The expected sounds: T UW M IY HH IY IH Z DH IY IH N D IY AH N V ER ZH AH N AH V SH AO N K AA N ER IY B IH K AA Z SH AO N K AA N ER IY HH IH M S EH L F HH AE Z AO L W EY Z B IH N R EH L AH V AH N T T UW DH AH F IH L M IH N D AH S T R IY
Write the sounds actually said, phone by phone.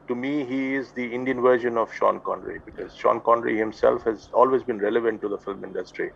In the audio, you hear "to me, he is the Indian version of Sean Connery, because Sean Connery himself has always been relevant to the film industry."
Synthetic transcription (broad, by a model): T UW M IY HH IY IH Z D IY IH N D IY AH N V ER ZH AH N AH V SH AO N K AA N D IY B IH K AA Z SH AO N K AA N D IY HH IH M S EH L F HH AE Z AO L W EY Z B IH N R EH L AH V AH N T T UW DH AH F IH L M IH N D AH S T R IY